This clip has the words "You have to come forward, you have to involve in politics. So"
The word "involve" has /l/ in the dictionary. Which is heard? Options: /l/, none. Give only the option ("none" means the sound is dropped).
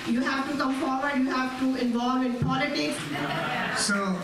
/l/